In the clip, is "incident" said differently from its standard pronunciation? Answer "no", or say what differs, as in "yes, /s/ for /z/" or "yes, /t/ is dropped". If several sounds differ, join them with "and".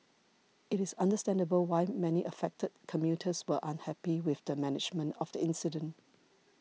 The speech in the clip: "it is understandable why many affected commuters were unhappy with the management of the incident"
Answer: no